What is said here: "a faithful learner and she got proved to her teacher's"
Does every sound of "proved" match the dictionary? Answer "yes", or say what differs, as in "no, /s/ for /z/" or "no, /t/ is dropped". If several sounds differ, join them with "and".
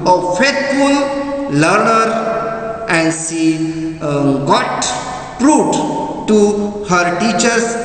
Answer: no, /v/ is dropped